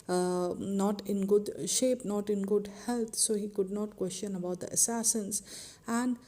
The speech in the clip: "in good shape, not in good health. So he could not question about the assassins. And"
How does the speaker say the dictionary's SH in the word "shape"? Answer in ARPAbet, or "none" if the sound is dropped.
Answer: SH